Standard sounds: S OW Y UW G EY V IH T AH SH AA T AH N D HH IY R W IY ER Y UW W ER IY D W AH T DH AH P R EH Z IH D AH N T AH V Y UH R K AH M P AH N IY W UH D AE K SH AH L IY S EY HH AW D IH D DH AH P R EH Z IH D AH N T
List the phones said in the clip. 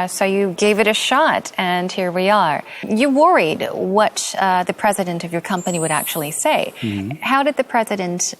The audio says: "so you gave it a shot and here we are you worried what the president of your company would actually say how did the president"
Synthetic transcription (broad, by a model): S OW Y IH G EY V IH T AH SH AA T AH N HH IY R W IY ER Y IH W ER IY D W AH T DH AH P R EH Z IH D AH N T AH V Y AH R K AH M P AH N IY W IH D AE K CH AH L IY S EY HH AW D IH D DH AH P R EH Z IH D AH N T